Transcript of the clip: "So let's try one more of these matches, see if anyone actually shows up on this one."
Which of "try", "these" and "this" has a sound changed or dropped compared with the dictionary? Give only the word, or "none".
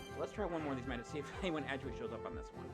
none